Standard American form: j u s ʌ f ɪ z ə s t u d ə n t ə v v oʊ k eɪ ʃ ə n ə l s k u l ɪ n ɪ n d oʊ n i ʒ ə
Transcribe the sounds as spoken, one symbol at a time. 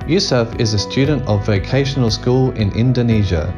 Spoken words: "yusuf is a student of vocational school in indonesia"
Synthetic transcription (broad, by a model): j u s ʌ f ɪ z ə s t u d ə n t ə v v oʊ k eɪ ʃ ə n ə l s k u l ɪ n ɪ n d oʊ n i ʒ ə